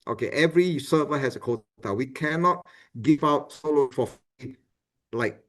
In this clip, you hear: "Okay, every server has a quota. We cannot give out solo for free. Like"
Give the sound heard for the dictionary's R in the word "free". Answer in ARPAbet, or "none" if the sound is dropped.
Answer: none